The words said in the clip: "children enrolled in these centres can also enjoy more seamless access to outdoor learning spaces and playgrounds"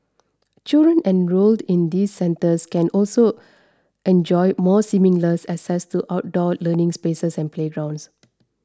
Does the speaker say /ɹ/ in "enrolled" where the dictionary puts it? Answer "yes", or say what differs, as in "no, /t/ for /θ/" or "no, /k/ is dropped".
yes